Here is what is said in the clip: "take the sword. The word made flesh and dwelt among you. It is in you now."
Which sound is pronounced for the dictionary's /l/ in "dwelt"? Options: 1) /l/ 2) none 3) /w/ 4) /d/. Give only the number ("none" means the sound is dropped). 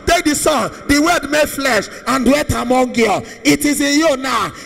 2